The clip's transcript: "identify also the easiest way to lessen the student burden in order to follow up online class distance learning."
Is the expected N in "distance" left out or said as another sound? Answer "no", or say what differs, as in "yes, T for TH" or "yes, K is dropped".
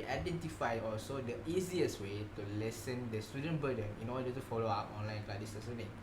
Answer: yes, N is dropped